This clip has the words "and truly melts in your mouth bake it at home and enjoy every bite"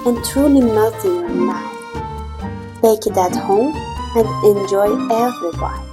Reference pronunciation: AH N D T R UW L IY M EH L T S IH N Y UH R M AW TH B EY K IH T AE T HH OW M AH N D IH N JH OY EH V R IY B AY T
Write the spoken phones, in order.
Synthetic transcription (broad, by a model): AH N T R UW L IY M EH L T IH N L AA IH F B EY K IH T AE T HH OW M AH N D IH N JH OY EH V R IY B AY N